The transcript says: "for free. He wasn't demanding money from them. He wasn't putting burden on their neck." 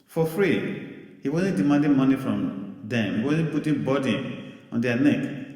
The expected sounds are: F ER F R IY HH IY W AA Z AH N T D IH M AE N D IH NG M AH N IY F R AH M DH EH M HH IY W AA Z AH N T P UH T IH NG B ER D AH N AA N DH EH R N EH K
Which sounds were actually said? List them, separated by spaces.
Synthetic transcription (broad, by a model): F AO F R IY HH IY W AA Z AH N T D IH M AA N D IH M AH N IY F R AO M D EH M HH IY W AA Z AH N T P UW T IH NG B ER D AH AA N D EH N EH K